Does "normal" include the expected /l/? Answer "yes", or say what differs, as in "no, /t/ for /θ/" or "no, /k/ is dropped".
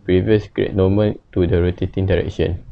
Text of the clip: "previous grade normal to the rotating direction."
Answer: no, /n/ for /l/